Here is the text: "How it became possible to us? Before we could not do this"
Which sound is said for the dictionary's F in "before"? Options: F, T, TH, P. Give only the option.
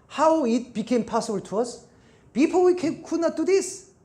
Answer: P